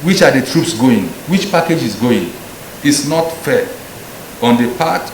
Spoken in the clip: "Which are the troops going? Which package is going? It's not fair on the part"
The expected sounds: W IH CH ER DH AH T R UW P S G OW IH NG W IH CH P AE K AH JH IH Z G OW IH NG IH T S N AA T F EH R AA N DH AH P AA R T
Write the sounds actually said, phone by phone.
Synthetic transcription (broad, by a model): W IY CH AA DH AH T R UW P S G OW IH NG W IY CH P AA K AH JH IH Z G OW IH NG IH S N AA T F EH AA N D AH P AA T